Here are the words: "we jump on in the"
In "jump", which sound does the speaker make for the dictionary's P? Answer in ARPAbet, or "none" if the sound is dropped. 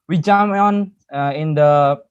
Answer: none